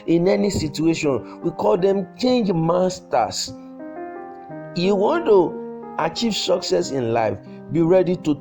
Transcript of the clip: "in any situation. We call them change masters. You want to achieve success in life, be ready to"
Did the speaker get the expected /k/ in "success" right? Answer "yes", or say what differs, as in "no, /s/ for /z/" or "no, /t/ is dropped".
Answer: yes